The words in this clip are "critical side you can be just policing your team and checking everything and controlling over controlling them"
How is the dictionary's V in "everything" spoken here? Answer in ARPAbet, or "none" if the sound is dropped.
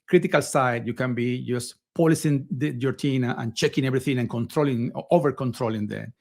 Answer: B